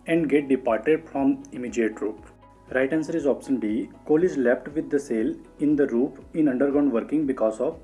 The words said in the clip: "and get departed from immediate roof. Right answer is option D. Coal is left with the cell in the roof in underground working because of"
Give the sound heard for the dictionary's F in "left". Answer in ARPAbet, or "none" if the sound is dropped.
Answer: P